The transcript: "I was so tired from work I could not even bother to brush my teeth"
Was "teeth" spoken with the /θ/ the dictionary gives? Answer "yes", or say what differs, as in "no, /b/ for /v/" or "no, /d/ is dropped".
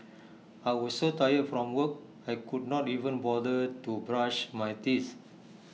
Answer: no, /s/ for /θ/